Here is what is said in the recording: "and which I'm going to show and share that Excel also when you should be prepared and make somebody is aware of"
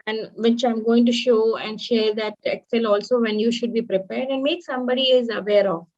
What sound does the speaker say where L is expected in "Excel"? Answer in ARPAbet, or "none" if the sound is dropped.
L